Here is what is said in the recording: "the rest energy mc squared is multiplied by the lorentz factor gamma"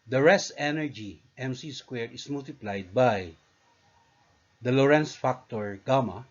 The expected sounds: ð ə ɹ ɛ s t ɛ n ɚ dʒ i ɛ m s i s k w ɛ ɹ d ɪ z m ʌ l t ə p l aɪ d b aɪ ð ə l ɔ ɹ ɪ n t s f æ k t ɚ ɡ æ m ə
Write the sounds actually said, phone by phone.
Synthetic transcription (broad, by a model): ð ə ɹ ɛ s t ɛ n ɚ dʒ i ɛ m s i s k w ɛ ɹ ɪ s m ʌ l t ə p l aɪ d b aɪ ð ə l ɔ ɹ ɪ n s f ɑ k t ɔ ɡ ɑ m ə